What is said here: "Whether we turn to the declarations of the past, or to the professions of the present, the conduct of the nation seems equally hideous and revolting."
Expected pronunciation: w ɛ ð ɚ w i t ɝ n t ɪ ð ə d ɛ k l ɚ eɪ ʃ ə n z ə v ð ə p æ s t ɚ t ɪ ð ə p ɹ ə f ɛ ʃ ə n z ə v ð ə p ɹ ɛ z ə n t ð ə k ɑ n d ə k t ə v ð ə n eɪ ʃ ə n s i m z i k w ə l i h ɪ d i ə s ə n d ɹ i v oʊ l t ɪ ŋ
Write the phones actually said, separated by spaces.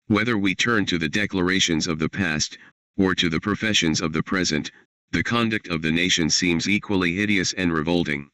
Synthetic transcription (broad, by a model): w ɛ ð ɚ w i t ɝ n t ɪ ð ə d ɛ k l ɚ eɪ ʃ ə n z ə v ð ə p æ s t ɚ t ɪ ð ə p ɹ ə f ɛ ʃ ə n z ə v ð ə p ɹ ɛ z ə n t ð ə k ɑ n d ə k t ə v ð ə n eɪ ʃ ə n s i m z i k w ə l i h ɪ d i ə s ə n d ɹ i v oʊ l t ɪ ŋ